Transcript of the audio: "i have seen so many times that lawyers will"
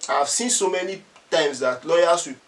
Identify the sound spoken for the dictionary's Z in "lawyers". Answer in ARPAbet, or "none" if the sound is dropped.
S